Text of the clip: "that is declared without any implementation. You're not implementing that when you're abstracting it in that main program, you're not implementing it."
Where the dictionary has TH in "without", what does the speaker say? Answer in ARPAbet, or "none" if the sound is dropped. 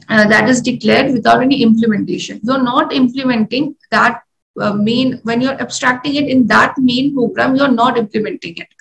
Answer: T